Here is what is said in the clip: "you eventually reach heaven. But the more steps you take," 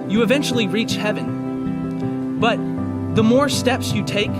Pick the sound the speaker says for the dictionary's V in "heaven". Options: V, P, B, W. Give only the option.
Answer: V